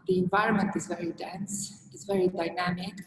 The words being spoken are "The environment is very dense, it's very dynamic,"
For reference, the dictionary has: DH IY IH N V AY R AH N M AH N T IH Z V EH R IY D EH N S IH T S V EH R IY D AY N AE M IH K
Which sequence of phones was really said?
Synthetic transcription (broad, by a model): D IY IH N V AY R AH N M AH N T IH Z V EH R IY D EH N S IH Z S V EH R IY D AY N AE M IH K